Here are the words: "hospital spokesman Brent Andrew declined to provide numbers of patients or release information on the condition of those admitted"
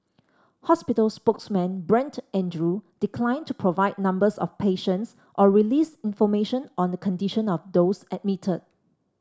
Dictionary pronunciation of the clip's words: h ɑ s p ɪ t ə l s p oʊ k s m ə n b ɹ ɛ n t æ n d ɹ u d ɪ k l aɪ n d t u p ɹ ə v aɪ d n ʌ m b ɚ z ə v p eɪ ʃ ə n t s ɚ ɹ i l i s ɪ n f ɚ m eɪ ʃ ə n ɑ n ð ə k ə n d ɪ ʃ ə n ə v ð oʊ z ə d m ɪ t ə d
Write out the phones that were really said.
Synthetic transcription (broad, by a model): h ɑ s p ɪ t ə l s p oʊ k s m ə n b ɹ ɛ n t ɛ n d ɹ u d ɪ k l aɪ n t u p ɹ ə v aɪ d n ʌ m b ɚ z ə f p eɪ ʃ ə n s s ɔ ɹ i l i s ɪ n f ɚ m eɪ ʃ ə n ɑ n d ə k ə n d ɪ ʃ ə n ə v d oʊ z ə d m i t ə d